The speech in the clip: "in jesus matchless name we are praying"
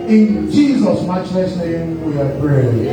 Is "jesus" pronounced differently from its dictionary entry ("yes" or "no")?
no